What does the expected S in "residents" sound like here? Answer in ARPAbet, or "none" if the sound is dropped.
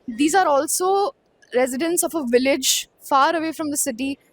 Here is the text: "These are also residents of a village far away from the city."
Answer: S